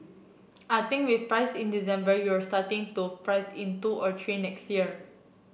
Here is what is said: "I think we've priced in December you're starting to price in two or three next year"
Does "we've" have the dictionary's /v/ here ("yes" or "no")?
no